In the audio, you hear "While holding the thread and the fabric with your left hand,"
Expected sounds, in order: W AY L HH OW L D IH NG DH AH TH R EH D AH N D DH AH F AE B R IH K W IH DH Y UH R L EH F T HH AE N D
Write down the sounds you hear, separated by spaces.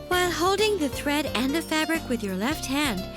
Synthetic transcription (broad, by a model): W AY L HH OW L D IH NG DH AH TH R EH D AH N DH AH F AE B R IH K W IH DH Y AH R L EH F T HH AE N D